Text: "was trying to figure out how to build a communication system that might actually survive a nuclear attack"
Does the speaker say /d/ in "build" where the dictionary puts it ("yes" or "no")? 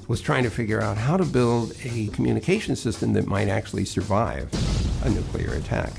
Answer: yes